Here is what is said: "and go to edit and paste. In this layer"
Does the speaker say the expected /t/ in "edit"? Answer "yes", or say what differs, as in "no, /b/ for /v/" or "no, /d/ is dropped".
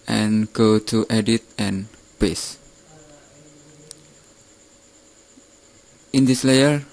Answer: yes